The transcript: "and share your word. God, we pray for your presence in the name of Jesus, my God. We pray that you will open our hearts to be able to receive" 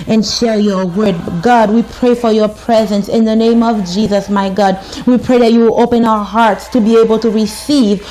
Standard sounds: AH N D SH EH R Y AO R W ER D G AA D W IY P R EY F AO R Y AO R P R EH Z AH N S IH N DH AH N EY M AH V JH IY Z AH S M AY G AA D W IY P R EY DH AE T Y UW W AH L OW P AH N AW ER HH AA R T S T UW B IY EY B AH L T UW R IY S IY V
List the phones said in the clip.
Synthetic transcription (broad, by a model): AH N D SH EH R Y AO R W ER D G AA D W IY P R EY F AO R Y AO R P R EH Z AH N S IH N DH AH N EY M AH V JH IY Z AH S M AY G AA D W IY P R EY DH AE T Y UW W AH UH P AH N AW ER HH AA R T S T UW B IY EY B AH L T UW R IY S IY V